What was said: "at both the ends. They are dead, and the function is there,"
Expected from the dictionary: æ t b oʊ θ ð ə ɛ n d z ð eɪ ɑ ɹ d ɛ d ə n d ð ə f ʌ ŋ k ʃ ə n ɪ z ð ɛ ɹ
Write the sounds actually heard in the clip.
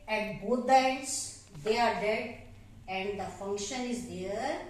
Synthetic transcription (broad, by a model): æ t b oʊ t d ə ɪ d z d eɪ ɑ ɹ d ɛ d ə n d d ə f ʌ ŋ k ʃ ə n ɪ z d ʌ ɹ